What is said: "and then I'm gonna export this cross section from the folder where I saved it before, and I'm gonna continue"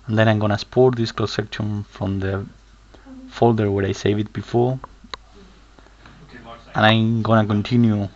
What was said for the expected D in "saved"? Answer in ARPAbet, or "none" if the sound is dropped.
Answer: none